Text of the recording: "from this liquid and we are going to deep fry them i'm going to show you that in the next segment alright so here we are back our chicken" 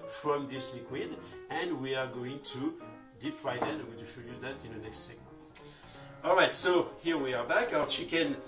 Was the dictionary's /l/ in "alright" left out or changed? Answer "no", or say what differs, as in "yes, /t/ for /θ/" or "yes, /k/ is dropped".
no